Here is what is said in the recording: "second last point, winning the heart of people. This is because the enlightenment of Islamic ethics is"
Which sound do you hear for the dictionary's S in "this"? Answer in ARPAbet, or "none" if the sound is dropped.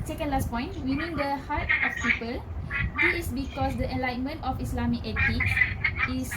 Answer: none